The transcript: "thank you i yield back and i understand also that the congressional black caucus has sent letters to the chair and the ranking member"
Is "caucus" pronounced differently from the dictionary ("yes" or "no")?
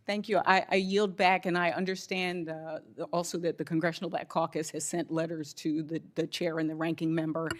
no